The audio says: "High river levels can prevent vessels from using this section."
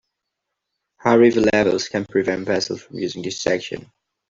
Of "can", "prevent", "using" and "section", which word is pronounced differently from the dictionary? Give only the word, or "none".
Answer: none